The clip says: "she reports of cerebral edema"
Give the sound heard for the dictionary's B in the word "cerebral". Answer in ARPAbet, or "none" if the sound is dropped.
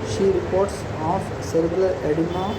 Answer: none